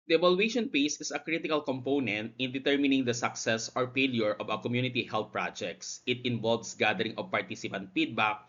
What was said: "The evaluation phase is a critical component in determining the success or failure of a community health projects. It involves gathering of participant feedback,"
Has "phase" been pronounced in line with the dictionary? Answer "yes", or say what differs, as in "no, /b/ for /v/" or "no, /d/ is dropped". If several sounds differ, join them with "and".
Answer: no, /p/ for /f/ and /s/ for /z/